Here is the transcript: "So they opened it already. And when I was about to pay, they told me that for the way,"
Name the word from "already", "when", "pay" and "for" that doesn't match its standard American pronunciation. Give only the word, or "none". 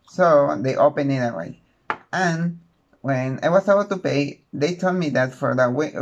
already